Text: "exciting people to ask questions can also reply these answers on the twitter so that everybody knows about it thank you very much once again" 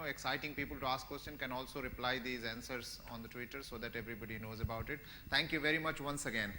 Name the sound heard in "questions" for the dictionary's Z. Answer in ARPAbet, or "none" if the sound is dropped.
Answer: none